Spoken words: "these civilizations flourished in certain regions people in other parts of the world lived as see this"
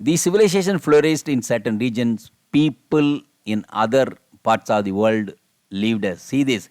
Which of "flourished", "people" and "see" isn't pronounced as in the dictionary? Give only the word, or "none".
flourished